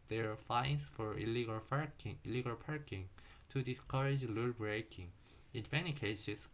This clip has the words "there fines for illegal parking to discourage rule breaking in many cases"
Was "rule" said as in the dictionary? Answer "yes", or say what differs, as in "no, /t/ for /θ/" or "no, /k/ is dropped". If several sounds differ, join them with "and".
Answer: no, /l/ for /ɹ/